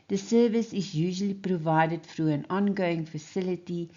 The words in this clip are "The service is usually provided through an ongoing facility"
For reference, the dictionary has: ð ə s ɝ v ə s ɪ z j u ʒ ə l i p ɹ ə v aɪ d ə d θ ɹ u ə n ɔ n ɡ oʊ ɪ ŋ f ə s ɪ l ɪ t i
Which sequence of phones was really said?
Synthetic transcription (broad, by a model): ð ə s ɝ v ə s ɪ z j u ʒ ə l i p ɹ ə v aɪ d ə d f ɹ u ə n ɔ n ɡ oʊ ɪ ŋ f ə s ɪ l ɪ t i